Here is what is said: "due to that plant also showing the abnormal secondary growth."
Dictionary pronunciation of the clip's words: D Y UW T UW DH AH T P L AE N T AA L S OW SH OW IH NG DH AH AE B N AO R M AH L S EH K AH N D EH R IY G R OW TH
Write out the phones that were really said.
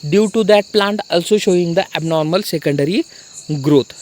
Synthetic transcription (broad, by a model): D Y UW T UW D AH T P L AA N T AA L S OW SH OW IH NG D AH AE B N AO R M AH L S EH K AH N D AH R IY G R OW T